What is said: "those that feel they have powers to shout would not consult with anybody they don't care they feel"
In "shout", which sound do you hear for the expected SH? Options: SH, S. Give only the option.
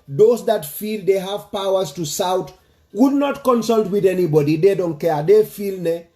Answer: S